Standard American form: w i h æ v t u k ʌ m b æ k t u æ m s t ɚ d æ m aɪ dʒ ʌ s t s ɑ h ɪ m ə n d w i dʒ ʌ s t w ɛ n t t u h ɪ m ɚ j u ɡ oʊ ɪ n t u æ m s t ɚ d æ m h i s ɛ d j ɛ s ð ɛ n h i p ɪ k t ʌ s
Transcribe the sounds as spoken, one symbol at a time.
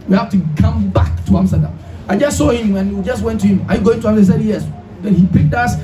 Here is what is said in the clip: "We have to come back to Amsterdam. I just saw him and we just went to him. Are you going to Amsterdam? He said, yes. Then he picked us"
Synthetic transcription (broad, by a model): w i h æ f t u k ʌ m b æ k t u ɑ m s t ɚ d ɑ m aɪ dʒ ʌ s t s ɑ h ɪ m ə n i dʒ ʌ s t w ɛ n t t u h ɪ m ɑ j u ɡ oʊ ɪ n t u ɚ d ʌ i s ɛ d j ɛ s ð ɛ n h i p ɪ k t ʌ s